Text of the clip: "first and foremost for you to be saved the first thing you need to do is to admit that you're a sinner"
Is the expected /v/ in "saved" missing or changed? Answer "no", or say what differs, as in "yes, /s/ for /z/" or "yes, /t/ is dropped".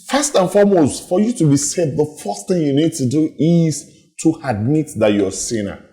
yes, /v/ is dropped